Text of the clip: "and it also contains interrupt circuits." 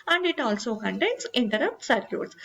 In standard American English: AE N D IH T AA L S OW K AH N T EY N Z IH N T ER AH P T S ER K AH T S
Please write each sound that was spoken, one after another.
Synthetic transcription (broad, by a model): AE N D IH T AA L S OW K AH N T EY N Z IH N T ER AH P T S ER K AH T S